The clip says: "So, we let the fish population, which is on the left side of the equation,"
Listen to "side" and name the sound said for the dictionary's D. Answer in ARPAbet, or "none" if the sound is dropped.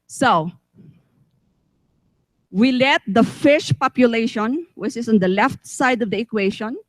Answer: D